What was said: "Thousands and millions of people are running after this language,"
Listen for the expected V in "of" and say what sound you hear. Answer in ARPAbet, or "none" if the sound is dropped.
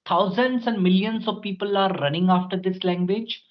V